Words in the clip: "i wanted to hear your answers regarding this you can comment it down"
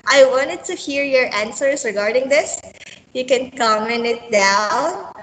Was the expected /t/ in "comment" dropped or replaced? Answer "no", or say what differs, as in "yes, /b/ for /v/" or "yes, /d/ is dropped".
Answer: yes, /t/ is dropped